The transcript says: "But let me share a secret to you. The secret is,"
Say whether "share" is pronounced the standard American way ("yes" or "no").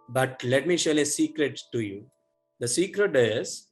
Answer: no